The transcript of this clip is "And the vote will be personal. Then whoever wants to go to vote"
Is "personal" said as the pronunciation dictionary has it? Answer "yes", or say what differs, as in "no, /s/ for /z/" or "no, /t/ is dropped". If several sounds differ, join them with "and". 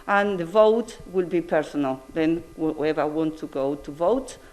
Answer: yes